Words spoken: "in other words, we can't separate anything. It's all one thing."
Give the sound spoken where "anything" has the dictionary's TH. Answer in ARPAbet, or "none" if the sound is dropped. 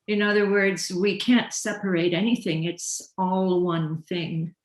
TH